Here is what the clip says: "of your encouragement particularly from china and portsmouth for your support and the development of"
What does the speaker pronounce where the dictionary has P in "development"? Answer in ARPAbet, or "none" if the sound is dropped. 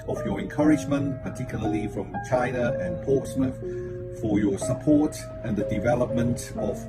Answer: P